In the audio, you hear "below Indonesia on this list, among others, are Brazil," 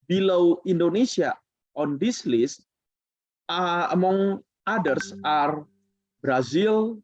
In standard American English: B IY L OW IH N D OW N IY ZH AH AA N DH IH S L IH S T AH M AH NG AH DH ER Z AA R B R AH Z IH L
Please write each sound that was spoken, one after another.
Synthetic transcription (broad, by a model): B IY L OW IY N D OW N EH S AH AA N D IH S L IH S AH M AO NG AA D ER S AA R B R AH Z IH L